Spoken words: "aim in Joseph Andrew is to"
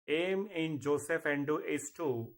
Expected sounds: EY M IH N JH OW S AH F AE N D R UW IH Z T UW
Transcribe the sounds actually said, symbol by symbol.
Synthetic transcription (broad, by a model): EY M IH N JH OW S AH F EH N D UW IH S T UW